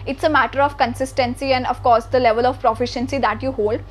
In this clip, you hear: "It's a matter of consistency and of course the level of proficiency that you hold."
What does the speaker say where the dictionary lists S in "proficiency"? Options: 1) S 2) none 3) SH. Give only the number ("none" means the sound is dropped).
1